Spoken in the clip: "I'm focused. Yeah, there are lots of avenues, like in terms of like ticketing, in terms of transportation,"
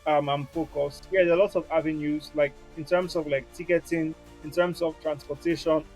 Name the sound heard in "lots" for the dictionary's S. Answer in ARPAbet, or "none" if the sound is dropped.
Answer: none